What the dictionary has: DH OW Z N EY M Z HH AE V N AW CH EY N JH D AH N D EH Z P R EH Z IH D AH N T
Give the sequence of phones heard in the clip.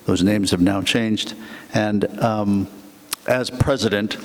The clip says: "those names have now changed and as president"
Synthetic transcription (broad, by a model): DH OW Z N EY M Z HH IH V N AW CH EY N JH D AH N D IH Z P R EH Z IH D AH N T